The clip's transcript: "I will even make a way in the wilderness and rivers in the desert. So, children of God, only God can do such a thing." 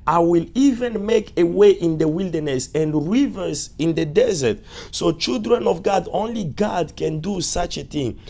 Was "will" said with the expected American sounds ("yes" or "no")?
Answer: yes